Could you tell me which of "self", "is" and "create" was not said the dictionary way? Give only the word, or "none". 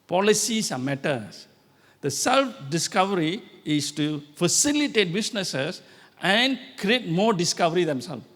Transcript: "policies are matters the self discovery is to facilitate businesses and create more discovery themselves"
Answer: is